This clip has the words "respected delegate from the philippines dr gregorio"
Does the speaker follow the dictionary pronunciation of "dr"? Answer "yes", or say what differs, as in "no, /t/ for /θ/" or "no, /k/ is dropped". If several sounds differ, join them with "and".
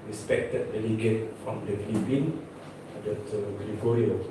no, /k/ is dropped